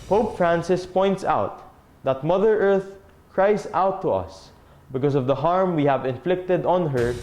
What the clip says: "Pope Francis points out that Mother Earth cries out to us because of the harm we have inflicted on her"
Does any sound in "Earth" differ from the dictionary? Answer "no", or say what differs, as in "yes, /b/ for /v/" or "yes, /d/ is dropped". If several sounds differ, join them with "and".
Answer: no